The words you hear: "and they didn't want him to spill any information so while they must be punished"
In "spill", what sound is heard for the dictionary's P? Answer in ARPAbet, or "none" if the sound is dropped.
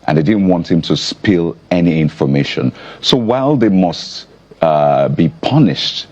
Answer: P